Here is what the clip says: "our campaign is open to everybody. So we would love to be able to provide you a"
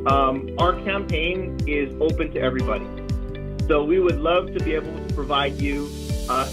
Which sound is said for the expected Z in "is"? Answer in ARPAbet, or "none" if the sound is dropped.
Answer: Z